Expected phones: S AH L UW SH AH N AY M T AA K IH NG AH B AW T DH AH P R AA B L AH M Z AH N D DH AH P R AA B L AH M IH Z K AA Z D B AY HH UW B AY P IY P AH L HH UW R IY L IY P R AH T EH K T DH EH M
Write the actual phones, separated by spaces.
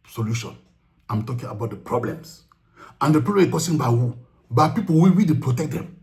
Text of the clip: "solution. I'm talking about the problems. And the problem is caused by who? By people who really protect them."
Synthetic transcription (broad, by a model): S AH L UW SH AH N AY M T AA K IH NG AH B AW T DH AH P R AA B L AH M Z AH N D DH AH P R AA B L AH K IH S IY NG B AY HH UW B AY P IY P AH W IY W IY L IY P R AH T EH K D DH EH M